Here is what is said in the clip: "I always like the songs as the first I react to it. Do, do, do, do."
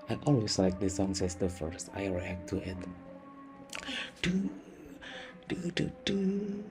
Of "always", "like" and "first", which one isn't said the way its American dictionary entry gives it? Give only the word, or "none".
always